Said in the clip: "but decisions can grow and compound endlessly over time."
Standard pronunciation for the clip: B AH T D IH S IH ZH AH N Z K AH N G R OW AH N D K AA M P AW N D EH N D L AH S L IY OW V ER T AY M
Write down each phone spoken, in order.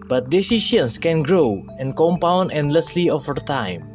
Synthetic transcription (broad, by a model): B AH T D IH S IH SH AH N S K AH N G R OW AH N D K AA M P AW N D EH N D L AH S L IY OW F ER T AY M